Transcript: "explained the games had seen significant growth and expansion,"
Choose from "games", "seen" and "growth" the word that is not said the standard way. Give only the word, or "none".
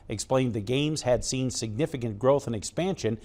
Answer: none